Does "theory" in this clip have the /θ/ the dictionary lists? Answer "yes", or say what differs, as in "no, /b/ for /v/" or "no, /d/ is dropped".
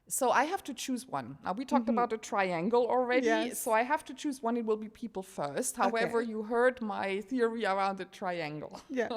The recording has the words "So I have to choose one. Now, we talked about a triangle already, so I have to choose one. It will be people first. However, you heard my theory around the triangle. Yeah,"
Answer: yes